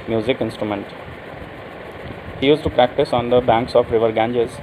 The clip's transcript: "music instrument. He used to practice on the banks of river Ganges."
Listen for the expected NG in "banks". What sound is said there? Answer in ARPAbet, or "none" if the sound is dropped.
NG